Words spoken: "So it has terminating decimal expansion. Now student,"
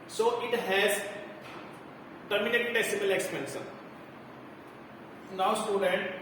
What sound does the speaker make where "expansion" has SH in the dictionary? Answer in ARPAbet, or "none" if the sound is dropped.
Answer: S